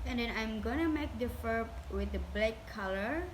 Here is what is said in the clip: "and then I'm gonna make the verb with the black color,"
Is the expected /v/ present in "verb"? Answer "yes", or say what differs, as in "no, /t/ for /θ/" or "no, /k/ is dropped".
no, /f/ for /v/